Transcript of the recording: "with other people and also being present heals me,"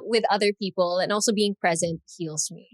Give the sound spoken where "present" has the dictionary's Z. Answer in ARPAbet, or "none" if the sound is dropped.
Z